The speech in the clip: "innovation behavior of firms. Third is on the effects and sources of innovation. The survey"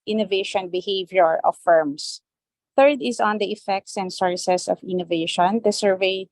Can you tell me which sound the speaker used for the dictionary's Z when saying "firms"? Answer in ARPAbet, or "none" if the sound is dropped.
S